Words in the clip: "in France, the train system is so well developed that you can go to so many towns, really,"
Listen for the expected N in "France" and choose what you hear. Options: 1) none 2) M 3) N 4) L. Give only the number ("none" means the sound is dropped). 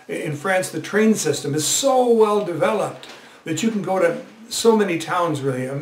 3